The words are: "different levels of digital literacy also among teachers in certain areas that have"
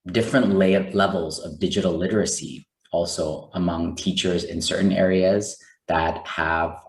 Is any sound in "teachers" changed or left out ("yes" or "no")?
no